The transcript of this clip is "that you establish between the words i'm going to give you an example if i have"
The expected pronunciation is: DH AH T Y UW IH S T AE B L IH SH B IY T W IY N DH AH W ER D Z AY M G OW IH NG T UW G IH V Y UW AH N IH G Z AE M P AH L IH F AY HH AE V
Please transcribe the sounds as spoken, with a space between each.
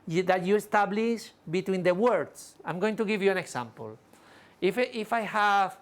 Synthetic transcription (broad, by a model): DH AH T Y UW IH S T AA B L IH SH B IY T W IY N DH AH W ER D S AY M G OW IH NG T UW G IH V Y UW AH N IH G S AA M P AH L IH F AY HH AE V